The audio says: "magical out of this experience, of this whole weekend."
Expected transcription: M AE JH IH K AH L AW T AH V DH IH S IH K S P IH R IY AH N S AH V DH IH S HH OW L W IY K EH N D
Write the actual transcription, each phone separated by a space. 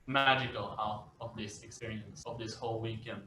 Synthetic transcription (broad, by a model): M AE JH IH K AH L AW T AH V DH IH S IH K S P IH R IY AH N S AH V DH IH S HH OW L W IY K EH N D